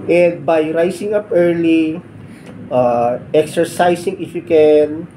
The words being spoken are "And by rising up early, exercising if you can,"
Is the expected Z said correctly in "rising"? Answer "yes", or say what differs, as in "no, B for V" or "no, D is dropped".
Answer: no, S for Z